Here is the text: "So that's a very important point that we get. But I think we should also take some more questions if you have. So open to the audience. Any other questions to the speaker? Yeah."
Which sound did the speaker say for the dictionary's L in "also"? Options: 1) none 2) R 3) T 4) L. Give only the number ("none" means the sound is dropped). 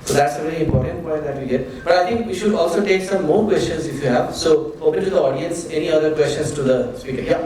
4